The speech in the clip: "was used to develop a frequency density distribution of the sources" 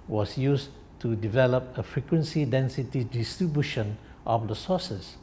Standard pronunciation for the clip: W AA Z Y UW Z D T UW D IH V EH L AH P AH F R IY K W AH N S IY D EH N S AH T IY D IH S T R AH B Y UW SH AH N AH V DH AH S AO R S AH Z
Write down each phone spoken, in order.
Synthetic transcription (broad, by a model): W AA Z Y UW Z T UW D IH V EH L AH P AH F R IY K W AH N S IY D EH N S AH T IY D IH S T R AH B Y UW SH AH N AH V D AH S AO S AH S